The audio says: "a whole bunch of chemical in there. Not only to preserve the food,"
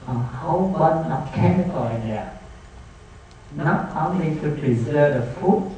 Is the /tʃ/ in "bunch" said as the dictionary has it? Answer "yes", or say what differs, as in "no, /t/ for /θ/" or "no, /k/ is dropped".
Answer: no, /tʃ/ is dropped